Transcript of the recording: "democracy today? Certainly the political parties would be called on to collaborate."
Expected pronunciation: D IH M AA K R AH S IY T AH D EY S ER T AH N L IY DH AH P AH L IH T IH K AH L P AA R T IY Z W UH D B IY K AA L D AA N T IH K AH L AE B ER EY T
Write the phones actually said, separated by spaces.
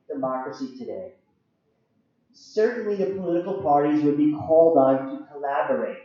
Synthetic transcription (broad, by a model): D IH M AA K R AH S IY T AH D EY S ER T N L IY DH AH P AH L IH T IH K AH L P AA R T IY Z W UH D B IY K AA L D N T IH K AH L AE B ER EY T